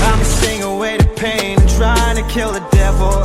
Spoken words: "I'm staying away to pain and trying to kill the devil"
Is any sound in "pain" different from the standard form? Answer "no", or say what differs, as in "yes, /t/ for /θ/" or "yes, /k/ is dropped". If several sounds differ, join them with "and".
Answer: yes, /n/ is dropped